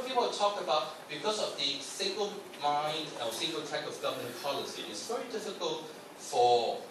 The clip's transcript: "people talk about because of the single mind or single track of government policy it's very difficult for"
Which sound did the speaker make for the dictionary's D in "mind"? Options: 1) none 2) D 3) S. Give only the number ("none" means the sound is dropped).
2